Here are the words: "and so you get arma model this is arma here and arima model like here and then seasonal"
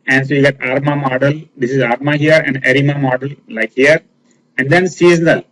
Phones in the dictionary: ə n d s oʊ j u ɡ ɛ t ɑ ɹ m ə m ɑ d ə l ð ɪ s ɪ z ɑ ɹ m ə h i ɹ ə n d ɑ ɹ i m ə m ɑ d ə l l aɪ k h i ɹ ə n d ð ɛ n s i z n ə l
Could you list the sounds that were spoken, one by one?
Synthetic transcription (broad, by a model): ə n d s oʊ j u ɡ ɛ t ɑ ɹ m ə m ɑ d ə l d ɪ s ɪ z ɑ ɹ m ə h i ɹ ə n d ɑ ɹ i m ə m ɑ d ə l l aɪ k h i ɹ ə n d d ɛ n s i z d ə